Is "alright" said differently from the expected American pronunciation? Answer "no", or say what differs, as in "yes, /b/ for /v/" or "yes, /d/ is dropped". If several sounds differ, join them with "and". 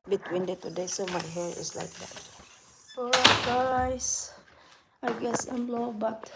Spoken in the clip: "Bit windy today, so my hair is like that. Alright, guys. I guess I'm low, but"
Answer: yes, /ɹ/ is dropped